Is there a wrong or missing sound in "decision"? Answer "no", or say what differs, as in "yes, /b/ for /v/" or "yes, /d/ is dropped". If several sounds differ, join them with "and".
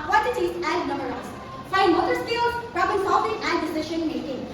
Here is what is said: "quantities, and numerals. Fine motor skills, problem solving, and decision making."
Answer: yes, /ʃ/ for /ʒ/